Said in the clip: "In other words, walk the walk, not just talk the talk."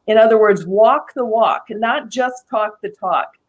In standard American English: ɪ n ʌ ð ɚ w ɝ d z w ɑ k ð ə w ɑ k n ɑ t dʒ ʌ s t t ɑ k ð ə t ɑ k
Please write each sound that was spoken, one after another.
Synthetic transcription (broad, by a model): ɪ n ʌ ð ɚ w ɝ d z w ɑ k ð ə w ɑ k n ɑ t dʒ ʌ s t t ɑ k ð ə t ɑ k